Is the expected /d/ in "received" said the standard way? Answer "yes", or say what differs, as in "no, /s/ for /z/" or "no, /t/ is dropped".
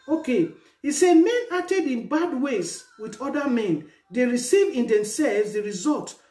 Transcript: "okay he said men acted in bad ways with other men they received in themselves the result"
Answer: no, /d/ is dropped